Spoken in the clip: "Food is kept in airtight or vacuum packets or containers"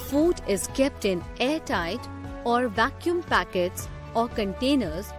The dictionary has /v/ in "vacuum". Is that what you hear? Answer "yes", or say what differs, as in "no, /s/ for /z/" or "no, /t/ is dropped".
yes